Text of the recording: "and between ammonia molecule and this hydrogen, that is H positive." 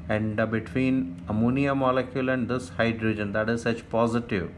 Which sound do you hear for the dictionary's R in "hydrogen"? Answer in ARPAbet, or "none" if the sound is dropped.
R